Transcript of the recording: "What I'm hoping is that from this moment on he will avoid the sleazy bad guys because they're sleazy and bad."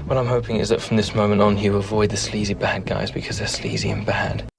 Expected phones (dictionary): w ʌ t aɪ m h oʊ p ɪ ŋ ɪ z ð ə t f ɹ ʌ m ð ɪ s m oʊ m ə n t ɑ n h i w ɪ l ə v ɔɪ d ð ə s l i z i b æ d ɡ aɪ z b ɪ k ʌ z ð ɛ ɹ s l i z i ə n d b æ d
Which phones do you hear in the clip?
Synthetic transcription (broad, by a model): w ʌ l aɪ m h oʊ p ɪ ŋ ɪ z ð ə t f ɹ ʌ m ð ɪ s m oʊ m ə n t n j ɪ ə v ɔɪ d ð ə s l i z i b æ d ɡ aɪ z b ɪ k ʌ z ð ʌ ɹ s l i z i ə n b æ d